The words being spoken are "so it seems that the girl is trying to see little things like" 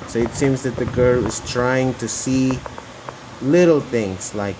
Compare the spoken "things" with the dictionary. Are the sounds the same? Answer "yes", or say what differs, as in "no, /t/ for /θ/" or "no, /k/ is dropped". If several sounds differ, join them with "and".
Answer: yes